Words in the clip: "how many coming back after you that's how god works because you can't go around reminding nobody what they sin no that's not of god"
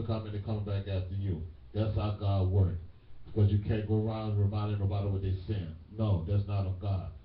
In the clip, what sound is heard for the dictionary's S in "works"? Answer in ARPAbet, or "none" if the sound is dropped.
none